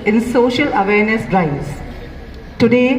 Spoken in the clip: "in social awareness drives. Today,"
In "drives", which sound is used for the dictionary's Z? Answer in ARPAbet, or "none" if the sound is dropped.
S